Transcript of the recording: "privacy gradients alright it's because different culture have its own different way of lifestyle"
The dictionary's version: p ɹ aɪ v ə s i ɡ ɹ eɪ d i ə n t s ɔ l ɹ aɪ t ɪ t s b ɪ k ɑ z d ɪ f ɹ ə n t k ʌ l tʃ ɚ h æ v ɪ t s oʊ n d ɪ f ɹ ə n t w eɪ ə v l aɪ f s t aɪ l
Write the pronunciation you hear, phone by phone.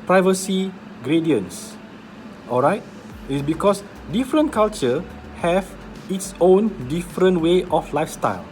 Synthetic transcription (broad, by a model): p ɹ aɪ v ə s i ɡ ɹ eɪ d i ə n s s ɔ l ɹ aɪ t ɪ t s b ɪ k ɑ s d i f ɹ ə n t k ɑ l tʃ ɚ h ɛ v ɪ t s oʊ n d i f ɹ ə n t w eɪ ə f l aɪ f s t aɪ l